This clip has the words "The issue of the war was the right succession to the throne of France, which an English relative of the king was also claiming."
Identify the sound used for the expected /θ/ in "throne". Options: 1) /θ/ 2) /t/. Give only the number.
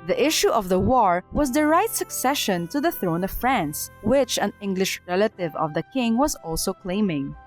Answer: 1